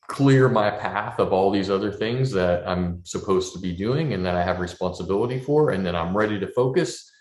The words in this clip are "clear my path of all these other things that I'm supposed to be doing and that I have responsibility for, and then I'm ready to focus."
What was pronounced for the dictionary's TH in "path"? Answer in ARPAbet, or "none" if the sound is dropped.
TH